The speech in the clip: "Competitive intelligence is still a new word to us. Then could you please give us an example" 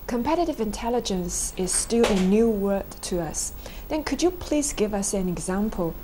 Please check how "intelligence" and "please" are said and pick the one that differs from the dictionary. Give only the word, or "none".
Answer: none